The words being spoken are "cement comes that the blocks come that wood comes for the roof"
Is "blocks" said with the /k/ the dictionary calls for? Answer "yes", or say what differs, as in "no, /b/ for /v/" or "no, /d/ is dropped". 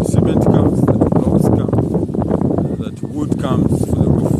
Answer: no, /k/ is dropped